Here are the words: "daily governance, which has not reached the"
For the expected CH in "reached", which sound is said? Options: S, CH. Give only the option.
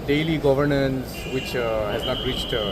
CH